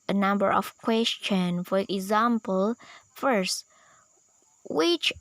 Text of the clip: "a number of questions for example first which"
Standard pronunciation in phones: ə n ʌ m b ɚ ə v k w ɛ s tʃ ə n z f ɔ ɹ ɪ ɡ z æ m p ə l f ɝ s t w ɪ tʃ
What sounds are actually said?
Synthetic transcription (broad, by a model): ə n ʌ m b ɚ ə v k w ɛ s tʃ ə n f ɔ ɹ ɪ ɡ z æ m p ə l f ɝ s t w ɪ tʃ